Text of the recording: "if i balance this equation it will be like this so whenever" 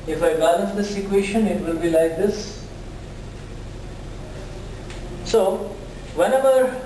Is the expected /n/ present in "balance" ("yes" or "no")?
no